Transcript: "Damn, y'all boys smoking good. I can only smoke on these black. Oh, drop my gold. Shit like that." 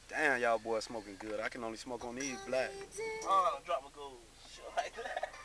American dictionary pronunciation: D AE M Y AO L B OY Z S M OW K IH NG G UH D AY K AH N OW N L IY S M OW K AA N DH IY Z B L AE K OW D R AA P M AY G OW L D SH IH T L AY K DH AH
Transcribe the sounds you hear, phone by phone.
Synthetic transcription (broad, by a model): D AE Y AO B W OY S M OW K IH NG G UH D AY K AH N OW N L IY S M OW K AA N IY B L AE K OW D R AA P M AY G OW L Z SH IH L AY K